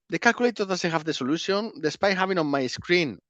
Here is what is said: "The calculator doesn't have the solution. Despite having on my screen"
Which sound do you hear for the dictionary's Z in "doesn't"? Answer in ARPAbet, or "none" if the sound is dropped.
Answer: S